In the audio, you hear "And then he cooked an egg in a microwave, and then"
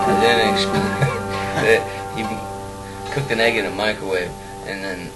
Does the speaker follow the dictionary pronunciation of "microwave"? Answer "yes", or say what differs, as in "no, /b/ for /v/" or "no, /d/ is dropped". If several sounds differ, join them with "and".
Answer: no, /ɹ/ is dropped